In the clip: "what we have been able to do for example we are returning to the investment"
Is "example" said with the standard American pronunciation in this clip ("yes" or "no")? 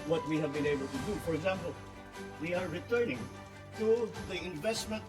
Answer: yes